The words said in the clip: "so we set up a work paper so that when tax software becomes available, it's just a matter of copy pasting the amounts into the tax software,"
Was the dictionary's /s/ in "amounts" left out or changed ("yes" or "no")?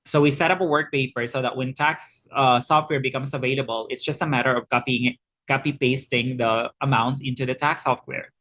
no